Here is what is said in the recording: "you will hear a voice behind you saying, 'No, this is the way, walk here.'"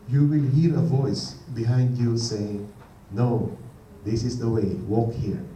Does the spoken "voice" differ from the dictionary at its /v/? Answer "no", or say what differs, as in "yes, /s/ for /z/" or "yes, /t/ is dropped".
no